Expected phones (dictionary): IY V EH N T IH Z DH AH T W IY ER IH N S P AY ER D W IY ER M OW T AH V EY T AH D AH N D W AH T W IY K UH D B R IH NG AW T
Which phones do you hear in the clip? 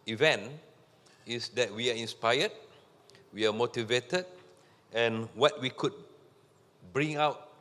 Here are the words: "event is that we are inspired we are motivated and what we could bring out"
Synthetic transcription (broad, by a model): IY V EH N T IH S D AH T W IY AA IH N S P AY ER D W IY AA M OW T AH V EY T AH D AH N W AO T W IY K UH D B R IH NG AW T